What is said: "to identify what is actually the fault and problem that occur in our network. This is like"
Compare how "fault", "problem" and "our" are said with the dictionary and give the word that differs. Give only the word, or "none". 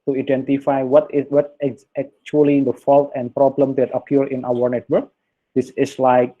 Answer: none